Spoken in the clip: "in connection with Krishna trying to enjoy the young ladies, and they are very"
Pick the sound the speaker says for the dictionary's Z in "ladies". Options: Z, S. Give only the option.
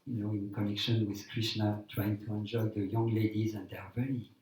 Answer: Z